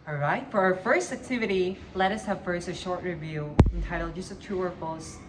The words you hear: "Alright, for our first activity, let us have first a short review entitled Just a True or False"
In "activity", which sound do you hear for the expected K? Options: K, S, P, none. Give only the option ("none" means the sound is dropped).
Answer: K